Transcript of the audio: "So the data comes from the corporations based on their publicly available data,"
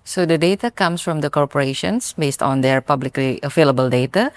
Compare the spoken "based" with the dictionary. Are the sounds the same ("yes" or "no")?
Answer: yes